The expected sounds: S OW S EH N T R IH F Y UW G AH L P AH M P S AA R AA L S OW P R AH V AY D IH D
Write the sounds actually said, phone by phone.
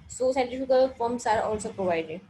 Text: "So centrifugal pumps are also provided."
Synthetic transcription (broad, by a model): S OW S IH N T IH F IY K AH L F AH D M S AA R AA L S OW P R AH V AY D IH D